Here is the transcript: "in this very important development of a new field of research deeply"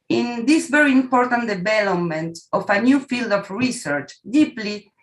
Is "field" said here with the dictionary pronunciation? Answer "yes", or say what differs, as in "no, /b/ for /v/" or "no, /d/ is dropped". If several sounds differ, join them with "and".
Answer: yes